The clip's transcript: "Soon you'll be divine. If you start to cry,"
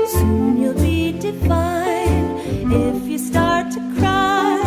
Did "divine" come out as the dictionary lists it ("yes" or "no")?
no